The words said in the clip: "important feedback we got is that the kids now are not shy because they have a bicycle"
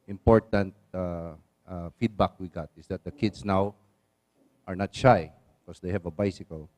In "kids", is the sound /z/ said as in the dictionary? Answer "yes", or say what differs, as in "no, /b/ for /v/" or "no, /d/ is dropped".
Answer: no, /s/ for /z/